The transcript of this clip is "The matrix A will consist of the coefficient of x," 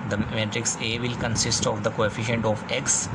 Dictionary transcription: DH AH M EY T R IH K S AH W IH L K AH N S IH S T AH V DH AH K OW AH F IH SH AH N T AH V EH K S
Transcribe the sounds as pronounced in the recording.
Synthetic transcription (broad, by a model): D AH M EY T R IH K S AH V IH L K AH N S IH S T AH V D AH K OW AH F IH SH AH N T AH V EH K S